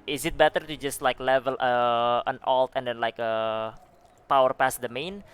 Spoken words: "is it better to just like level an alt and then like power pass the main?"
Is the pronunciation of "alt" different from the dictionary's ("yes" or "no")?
no